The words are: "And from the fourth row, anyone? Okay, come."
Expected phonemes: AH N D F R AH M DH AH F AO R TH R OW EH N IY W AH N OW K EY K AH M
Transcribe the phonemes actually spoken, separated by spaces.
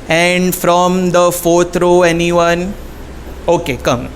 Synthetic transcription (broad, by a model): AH N D F R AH M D AH F AO R T R OW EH N IY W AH N OW K EY K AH M